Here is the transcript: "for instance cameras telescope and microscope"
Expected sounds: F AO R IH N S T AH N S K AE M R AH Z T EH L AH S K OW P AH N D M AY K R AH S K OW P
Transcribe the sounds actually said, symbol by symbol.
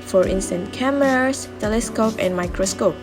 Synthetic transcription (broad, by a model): F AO R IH N S T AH N K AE M AH S T EH L AH S K OW P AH N M AY K R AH S K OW P